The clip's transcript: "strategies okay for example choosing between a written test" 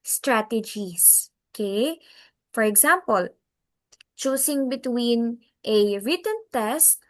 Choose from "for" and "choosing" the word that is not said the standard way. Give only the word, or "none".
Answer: choosing